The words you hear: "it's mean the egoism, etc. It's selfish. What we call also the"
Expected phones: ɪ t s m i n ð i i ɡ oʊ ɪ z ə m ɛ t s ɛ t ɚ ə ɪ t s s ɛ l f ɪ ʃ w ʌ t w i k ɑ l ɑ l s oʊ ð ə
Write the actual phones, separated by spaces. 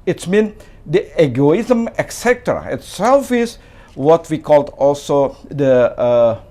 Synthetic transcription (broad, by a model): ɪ t s m i n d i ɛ ɡ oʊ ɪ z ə m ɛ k s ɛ t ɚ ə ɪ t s s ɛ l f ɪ s w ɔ t w i k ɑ l ɑ l s oʊ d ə